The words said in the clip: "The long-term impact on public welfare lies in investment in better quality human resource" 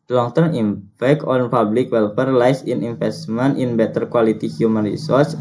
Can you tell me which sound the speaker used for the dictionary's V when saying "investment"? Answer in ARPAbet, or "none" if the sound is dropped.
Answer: F